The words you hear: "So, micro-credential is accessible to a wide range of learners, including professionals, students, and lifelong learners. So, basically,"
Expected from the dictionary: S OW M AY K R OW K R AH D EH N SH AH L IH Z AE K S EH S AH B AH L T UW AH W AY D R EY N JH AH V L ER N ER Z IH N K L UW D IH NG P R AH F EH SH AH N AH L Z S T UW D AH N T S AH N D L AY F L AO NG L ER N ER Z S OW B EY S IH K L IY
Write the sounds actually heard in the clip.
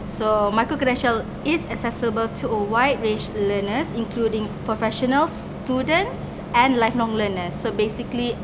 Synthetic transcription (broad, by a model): S OW M AY K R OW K AH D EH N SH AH L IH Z AE K S EH S AH B AH L T UW AH W AY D R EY N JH L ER N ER S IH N K L UW D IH NG P R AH F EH SH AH N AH L S T UW D AH N T S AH N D L AY F L AO NG L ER N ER S OW B EY S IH K L IY